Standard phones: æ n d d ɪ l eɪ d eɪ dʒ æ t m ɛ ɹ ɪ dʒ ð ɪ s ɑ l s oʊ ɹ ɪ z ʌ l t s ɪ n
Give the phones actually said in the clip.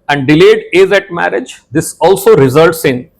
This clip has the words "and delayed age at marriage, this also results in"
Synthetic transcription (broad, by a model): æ n d d ɪ l eɪ d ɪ z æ t m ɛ ɹ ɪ dʒ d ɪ s ɑ l s oʊ ɹ ɪ z ʌ l t s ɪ n